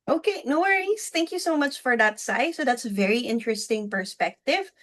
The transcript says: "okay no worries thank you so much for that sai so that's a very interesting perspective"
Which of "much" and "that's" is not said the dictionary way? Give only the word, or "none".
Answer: none